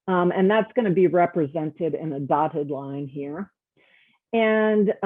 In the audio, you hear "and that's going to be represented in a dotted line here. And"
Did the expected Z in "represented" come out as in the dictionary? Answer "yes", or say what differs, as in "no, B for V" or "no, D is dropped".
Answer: yes